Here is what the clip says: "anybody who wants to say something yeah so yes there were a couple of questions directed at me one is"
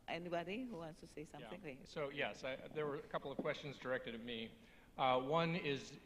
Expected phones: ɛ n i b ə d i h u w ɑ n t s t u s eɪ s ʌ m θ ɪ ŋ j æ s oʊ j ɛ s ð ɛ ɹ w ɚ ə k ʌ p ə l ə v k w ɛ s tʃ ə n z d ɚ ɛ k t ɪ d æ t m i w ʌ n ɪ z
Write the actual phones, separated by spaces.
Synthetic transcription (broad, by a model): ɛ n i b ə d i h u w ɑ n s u s eɪ s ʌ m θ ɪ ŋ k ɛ s oʊ j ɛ s ð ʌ ɹ w ɚ ə k ʌ p l ə v k w ɛ s tʃ ə n z d ɚ ɛ k t ɪ d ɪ t m i w ʌ n ɪ z